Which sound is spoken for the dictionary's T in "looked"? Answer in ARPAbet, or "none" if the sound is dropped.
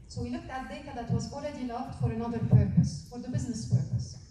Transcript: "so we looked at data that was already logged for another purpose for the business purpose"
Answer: T